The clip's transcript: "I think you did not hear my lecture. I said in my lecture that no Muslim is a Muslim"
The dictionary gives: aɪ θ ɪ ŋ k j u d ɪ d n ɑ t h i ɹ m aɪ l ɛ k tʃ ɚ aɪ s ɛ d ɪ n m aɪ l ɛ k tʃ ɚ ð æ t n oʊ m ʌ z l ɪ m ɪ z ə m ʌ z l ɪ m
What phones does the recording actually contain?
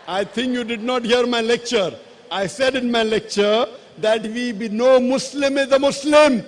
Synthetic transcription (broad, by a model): aɪ t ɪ ŋ k j u d ɪ d n ɑ t h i ɹ m aɪ l ɛ k tʃ ɚ aɪ s ɛ d ɪ n m aɪ l ɛ k tʃ ɚ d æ t n oʊ m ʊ s l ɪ m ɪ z ə m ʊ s l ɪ m